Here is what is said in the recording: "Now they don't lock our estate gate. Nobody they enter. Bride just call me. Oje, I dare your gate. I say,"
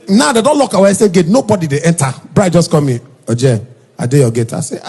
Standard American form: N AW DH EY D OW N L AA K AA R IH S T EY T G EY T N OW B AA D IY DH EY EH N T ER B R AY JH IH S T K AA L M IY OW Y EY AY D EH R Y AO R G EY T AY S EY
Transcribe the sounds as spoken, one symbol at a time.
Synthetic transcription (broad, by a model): N AW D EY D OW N L AA K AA W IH S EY G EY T N OW B AA D IY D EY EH N T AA B R AY JH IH S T K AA M IY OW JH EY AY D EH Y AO G EY T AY S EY